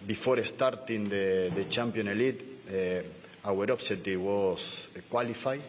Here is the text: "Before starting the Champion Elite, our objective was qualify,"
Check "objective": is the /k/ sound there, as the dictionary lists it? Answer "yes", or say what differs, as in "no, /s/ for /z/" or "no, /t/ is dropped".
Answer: no, /k/ is dropped